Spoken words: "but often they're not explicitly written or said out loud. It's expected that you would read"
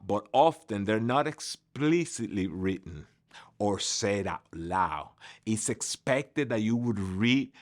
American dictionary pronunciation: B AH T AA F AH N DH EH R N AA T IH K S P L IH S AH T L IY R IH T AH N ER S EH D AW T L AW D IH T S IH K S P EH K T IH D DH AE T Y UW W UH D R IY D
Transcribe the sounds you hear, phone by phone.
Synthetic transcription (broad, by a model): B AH T AA F AH N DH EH R N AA T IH K S P L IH S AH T L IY R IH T N ER S EH D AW L AW IH T S IH K S P EH K T IH D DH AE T Y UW W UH D R IY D